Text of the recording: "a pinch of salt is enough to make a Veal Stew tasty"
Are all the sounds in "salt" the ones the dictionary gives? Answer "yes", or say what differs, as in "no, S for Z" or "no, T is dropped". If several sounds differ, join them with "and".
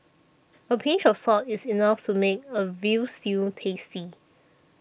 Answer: no, L is dropped